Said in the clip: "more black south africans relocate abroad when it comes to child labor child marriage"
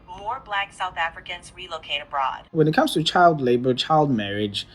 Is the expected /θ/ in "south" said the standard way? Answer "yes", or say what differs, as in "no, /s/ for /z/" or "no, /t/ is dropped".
yes